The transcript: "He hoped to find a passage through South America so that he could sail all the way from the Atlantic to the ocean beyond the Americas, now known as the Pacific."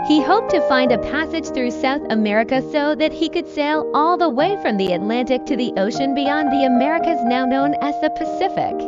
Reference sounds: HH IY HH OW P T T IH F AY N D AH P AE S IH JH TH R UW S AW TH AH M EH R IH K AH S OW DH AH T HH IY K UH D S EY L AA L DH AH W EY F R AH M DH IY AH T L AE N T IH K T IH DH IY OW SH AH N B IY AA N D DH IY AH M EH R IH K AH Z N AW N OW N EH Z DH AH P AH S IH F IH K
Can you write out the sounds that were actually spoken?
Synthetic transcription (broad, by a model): HH IY HH OW P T T IH F AY N D AH P AE S IH JH TH R UW S AW TH AH M EH R IH K AH S OW DH AH T HH IY K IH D S EY L AA L DH AH W EY F R AH M DH IY AH T L AE N T IH K T IH DH IY OW SH AH N B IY AA N DH IY AH M EH R IH K AH Z N AW N OW N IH Z DH AH P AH S IH F IH K